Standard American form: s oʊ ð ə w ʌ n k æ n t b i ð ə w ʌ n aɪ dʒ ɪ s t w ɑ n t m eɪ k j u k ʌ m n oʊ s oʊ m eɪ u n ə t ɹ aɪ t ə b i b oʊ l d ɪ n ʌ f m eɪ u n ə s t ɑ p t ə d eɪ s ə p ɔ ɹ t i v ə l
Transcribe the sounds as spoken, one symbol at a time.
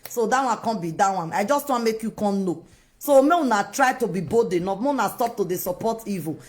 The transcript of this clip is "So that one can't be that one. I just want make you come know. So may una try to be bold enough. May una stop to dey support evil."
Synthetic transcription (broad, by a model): s oʊ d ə w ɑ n k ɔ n b i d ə w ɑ n aɪ dʒ ɪ s t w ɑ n m eɪ k j u k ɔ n n oʊ s oʊ m eɪ u n ə t ɹ aɪ t ə b i b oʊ d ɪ n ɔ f m eɪ u n ə s t ɑ p t ə d eɪ s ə p ɔ t i v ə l